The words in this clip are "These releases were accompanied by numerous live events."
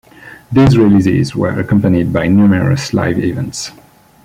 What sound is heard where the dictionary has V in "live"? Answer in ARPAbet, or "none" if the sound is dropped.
V